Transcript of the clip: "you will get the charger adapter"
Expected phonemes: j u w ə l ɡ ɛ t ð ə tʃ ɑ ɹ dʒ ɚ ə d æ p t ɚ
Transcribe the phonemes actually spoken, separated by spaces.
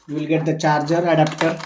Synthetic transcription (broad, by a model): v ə l ɡ ɛ t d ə tʃ ɑ ɹ dʒ ɚ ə d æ p t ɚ